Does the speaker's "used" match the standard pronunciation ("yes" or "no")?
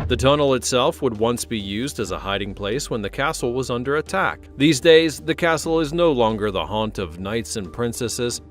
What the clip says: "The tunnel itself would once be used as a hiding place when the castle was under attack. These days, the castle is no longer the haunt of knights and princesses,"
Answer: yes